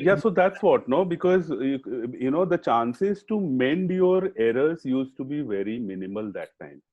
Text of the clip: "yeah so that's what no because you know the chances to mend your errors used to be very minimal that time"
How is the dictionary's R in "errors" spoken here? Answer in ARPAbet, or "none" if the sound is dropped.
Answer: R